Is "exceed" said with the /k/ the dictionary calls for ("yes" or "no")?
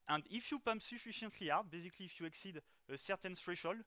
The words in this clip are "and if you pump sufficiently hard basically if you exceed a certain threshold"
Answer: yes